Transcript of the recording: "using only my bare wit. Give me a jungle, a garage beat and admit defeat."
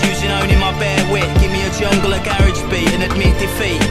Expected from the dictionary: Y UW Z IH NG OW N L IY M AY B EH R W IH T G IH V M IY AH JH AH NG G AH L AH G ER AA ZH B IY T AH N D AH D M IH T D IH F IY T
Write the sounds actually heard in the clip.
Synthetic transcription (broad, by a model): Y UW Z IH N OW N IY M AY B EH W IH T G IH V M IY AH JH AH NG G AH L AH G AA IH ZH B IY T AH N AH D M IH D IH F IY T